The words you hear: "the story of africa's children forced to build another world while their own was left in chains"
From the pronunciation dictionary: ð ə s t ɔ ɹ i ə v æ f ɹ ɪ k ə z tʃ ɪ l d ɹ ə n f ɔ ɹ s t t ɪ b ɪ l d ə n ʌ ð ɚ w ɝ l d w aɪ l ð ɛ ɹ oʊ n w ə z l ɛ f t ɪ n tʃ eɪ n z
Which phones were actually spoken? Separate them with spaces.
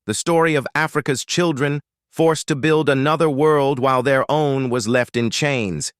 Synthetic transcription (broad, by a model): ð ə s t ɔ ɹ i ə v æ f ɹ ɪ k ə z tʃ ɪ l d ɹ ə n f ɔ ɹ s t t ɪ b ɪ l d ə n ʌ ð ɚ w ɝ l d w aɪ l ð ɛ ɹ oʊ n w ə z l ɛ f t ɪ n tʃ eɪ n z